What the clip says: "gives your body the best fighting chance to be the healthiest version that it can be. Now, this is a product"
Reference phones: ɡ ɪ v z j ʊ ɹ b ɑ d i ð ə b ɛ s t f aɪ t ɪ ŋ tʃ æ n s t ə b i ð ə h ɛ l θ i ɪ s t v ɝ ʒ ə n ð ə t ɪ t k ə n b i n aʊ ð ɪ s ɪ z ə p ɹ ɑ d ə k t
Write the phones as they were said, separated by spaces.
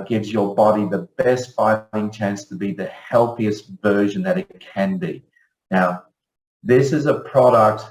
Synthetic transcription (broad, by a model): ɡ ɪ v z j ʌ ɹ b ɑ d i ð ə b ɛ s t f aɪ t ɪ ŋ tʃ æ n s t ə b i ð ə h ɛ l θ i ɪ s t v ɝ ʒ ə n ð ə t ɪ t k ə n b i n aʊ ð ɪ s ɪ z ə p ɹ ɑ d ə k t